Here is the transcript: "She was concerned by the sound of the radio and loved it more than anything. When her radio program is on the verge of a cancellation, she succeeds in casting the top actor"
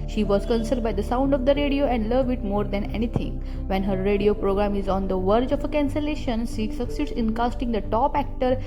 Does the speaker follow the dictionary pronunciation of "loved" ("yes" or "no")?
no